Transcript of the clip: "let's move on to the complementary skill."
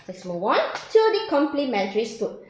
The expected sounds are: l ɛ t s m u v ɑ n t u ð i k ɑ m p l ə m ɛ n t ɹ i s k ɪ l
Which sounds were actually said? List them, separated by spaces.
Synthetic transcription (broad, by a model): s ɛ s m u w ɑ n t u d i k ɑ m p l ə m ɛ n t ɹ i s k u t